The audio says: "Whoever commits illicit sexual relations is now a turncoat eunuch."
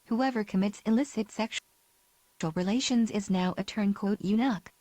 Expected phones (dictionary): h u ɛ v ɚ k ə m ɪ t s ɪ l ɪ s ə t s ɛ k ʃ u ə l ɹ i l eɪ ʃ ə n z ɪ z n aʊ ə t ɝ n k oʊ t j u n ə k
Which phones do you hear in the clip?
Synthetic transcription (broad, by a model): h u ɛ v ɚ k ə m ɪ t s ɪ l ɪ s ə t s ɛ k ʃ l ɹ i l eɪ ʃ ə n z ɪ z n aʊ ə t ɝ n k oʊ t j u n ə k